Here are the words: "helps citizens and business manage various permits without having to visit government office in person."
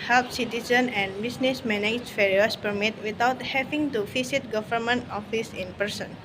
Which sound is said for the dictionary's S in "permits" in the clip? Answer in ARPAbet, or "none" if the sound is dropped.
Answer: none